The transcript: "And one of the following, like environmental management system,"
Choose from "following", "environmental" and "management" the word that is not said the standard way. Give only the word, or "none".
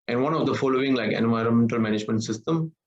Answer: none